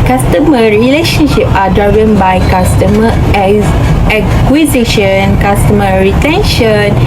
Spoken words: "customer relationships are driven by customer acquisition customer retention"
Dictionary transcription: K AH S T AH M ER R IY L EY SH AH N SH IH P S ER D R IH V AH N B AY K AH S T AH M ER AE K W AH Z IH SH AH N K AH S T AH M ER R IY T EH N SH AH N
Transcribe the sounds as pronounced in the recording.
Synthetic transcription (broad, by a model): K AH S T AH M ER R IY L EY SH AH N SH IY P AA D R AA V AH N B AY K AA S T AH M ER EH K W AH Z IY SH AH N K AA S T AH M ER R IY T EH N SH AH N